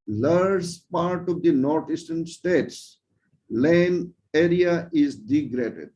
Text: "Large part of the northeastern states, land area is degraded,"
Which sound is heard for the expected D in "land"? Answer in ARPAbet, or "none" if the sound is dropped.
none